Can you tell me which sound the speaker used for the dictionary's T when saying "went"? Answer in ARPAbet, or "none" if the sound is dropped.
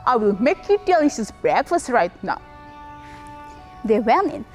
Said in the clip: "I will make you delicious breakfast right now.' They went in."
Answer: none